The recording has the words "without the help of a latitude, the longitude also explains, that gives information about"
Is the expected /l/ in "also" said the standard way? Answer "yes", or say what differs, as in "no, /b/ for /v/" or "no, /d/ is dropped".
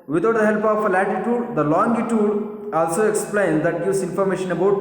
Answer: yes